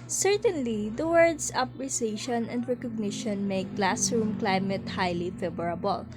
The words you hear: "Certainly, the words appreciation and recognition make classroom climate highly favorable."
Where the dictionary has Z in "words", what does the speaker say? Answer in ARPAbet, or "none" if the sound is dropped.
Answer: S